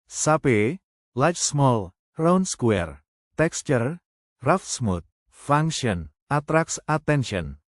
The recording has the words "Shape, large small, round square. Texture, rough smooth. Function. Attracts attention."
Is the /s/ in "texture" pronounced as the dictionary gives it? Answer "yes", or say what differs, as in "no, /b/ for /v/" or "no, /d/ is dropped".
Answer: yes